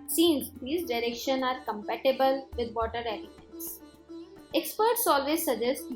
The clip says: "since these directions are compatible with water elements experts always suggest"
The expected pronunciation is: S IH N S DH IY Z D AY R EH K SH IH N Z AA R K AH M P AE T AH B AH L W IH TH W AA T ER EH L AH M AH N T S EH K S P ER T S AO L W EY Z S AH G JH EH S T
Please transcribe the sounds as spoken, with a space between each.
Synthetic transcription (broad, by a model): S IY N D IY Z D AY R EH K SH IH N AA R K AH M P AE T AH B AH L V IH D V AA T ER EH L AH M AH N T S EH K S P ER T S AO L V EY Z S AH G JH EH S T